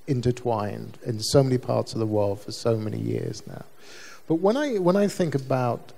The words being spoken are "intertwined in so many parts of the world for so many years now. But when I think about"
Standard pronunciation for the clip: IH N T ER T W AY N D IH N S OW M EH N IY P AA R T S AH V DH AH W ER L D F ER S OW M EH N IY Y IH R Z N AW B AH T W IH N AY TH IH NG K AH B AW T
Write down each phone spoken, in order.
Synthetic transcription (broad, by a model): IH N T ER T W AY N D IH N S OW M EH N IY P AA R T S AH V DH AH W ER L D F ER S OW M EH N IY Y IH R Z N AW B AH T W IH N AY TH IH NG K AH B AW T